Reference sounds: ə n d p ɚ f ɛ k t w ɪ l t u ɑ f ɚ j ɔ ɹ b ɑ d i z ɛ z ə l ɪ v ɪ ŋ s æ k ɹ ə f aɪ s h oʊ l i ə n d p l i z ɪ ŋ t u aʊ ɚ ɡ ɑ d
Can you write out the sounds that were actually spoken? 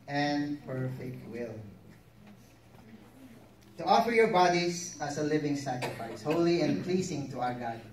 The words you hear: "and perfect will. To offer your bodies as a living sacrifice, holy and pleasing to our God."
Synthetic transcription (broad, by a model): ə n d p ɚ f ɛ k t w ɪ l t u ɑ f ɚ j ɔ ɹ b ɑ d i s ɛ s ə l ɪ v ɪ ŋ s æ k ɹ ə f aɪ s h oʊ l i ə n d p l i s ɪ ŋ t u aʊ ɚ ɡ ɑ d